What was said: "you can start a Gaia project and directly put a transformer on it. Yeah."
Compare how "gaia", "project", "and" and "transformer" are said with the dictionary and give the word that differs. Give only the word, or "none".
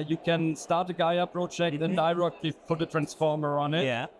project